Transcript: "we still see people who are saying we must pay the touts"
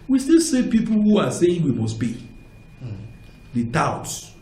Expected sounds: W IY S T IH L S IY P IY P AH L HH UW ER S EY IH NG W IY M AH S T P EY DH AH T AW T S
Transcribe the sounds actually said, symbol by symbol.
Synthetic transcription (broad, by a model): W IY S T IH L S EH P IY P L HH UW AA S EY IH NG W IY M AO S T B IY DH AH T AW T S